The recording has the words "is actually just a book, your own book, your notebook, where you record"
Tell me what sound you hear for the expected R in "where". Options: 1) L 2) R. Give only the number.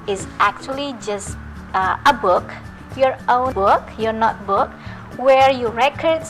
2